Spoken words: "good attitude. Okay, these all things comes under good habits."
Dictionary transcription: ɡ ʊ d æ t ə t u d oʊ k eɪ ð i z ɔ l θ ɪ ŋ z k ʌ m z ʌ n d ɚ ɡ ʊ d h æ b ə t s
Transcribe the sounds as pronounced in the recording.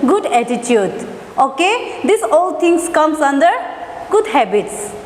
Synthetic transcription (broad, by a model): ɡ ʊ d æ t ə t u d oʊ k eɪ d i s ɔ l t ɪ ŋ s k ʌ m s ʌ n d ɚ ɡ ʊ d h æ b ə t s